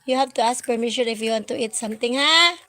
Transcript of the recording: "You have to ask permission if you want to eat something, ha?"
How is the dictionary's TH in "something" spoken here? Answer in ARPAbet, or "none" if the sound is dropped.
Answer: T